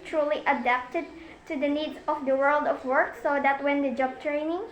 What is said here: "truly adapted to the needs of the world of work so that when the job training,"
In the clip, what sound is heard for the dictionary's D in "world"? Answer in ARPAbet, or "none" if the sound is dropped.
D